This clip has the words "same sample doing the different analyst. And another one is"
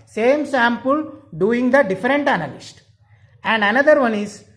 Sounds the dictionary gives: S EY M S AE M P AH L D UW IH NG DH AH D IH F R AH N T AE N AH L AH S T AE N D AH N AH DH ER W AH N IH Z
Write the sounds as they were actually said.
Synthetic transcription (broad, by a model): S EY M S AE M P AH L D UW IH NG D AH D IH F R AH N T AE N AH L AH S T AE N D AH N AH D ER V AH N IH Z